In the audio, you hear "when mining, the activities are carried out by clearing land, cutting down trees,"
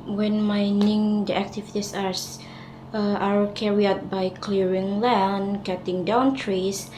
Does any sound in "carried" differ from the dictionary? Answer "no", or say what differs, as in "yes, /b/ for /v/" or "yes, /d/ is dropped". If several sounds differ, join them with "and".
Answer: yes, /d/ is dropped